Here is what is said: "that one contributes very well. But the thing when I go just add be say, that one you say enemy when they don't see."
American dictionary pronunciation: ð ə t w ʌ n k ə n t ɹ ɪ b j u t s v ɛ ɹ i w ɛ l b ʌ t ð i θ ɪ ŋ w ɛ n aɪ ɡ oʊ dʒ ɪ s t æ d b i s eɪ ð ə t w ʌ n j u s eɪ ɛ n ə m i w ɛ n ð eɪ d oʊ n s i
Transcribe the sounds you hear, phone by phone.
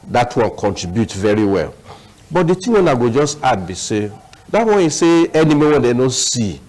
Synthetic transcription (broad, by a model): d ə t w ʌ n k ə n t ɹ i b j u t v ɛ ɹ i w ɛ l b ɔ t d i t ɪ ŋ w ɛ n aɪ ɡ oʊ dʒ ɪ s t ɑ d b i s eɪ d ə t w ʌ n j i s eɪ ɛ n ə m i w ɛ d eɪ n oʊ s i